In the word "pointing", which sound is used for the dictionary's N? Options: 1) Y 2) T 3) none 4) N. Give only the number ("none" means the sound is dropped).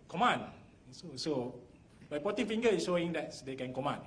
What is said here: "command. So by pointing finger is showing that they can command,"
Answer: 3